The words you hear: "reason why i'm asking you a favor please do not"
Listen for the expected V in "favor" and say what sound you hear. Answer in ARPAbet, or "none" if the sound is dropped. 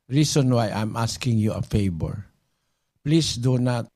B